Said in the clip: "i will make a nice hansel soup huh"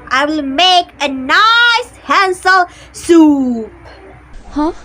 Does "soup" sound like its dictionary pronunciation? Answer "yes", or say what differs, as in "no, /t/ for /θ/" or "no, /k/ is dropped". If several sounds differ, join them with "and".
yes